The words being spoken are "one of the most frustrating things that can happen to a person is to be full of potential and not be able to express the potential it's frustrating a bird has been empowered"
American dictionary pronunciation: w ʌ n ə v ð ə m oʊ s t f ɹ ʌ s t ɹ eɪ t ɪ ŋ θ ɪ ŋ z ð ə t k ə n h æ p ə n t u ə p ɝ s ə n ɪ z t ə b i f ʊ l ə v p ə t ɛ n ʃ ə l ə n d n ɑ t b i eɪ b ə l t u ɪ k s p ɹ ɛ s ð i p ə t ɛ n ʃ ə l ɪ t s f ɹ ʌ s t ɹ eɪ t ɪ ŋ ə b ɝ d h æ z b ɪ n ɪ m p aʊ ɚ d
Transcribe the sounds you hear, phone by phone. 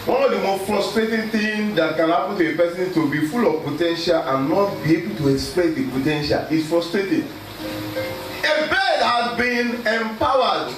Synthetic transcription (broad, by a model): w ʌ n ə v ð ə m oʊ s t f ɹ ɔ s t ɹ eɪ t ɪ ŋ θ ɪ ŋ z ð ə t k ə n h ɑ p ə n t u ə p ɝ s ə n t ə b i f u l ə v p ə t ɛ n ʃ ə l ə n n ɑ t b i eɪ b ə l t u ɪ k s p l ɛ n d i p ə t ɛ n ʃ ə l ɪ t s f ɹ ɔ s t ɹ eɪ t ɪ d ə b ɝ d h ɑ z b ɪ n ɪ m p aʊ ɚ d